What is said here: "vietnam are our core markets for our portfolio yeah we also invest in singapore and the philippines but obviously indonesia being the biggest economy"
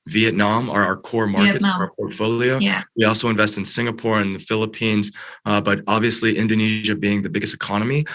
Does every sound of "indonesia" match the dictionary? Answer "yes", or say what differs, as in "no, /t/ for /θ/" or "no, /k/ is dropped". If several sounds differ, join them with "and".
yes